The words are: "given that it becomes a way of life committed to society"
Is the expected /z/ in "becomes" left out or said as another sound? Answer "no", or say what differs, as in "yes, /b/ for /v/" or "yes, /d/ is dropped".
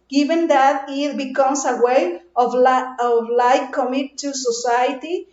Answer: yes, /s/ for /z/